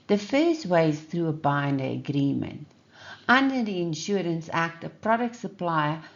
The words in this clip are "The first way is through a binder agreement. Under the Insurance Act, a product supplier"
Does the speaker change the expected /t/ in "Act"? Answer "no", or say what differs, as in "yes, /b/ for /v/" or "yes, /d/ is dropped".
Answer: no